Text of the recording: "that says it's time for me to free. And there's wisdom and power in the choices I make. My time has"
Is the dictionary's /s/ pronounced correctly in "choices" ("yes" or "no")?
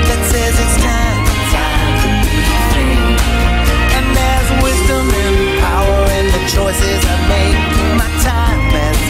yes